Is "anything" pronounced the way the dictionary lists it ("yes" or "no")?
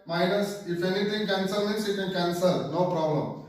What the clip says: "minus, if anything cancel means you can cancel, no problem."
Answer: no